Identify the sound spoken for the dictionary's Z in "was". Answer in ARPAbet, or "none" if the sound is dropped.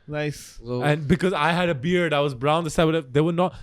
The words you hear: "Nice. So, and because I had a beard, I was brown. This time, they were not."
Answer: Z